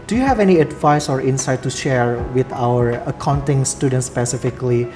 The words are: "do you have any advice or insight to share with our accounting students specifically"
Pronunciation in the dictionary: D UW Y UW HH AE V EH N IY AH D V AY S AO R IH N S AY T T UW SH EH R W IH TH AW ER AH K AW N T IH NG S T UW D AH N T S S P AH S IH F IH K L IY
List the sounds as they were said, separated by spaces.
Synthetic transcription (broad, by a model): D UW Y UW HH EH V EH N IY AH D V AY S AO R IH N S AY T T UW SH EH R W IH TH AW ER AH K AW N T IH NG S T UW D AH N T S S P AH S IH F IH K L IY